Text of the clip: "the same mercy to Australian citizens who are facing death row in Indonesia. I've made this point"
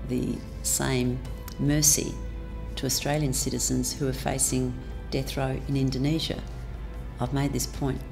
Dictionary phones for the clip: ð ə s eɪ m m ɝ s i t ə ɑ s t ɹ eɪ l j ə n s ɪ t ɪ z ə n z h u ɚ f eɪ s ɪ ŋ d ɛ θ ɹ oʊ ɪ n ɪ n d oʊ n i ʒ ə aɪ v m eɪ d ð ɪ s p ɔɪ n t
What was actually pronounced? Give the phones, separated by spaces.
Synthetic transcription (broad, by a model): ð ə s eɪ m m ɝ s i t ə ɑ s t ɹ eɪ l j ə n s ɪ t ɪ z ə n z h u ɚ f eɪ s ɪ ŋ d ɛ θ ɹ oʊ ɪ n ɪ n d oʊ n i ʒ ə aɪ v m eɪ d ð ɪ s p ɔɪ n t